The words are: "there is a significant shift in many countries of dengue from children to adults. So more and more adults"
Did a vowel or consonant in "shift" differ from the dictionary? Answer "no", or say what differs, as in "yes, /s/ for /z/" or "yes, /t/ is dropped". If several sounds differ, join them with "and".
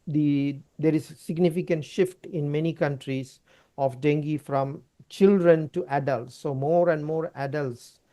no